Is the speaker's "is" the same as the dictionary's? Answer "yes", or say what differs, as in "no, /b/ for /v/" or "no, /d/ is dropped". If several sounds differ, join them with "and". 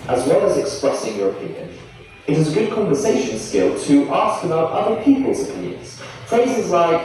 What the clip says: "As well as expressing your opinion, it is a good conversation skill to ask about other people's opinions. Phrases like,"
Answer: yes